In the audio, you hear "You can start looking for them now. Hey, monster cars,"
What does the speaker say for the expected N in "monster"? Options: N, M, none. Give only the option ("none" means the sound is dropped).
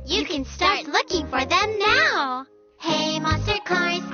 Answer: none